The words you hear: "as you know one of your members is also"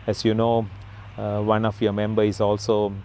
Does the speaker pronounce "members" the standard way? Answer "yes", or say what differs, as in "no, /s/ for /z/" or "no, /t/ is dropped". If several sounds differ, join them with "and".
no, /z/ is dropped